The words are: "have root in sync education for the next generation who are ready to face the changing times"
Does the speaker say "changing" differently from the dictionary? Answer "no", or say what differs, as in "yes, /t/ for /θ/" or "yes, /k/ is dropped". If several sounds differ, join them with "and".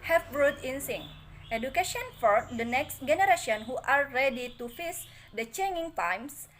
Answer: yes, /dʒ/ is dropped